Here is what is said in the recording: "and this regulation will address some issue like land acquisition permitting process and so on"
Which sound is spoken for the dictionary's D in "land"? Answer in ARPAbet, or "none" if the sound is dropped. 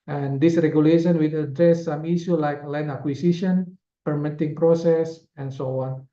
none